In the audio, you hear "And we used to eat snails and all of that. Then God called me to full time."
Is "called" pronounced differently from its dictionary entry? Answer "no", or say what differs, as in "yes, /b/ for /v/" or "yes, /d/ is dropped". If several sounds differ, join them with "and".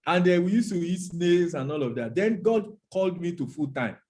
no